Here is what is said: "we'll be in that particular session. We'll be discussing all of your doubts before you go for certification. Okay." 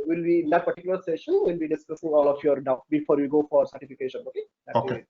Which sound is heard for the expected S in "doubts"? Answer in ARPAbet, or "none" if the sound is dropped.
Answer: none